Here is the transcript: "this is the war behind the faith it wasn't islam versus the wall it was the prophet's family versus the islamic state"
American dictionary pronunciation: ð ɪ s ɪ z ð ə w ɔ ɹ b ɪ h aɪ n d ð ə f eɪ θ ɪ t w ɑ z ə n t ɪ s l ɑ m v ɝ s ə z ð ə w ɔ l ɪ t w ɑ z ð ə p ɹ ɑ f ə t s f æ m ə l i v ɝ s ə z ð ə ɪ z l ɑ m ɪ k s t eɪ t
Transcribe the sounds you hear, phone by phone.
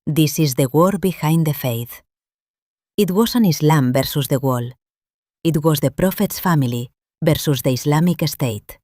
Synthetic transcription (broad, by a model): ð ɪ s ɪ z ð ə w ɔ ɹ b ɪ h aɪ n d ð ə f eɪ θ ɪ t w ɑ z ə n ɪ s l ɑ m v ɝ s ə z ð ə w ɔ l ɪ t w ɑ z ð ə p ɹ ɑ f ə t s f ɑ m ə l i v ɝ s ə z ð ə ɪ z l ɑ m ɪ k s t eɪ t